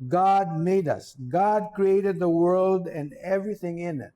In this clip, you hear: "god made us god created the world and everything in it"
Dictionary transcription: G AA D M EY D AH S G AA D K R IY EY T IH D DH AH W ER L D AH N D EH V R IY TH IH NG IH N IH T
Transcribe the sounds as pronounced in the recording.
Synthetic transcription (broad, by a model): G AA D M EY D AH S G AA D K R IY EY T IH D DH AH W ER L D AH N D EH V R IY TH IH NG IH N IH T